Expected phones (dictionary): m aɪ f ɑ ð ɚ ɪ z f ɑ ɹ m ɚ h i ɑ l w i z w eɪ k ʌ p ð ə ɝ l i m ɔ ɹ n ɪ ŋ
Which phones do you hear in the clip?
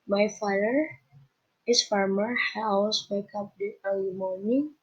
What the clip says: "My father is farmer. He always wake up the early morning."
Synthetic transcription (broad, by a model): m aɪ f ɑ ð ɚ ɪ s f ɑ ɹ m ɚ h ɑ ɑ w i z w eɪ k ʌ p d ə ɝ l i m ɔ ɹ n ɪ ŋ